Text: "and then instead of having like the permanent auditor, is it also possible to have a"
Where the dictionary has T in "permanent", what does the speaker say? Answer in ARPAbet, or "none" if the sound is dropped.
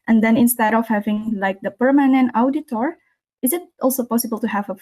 T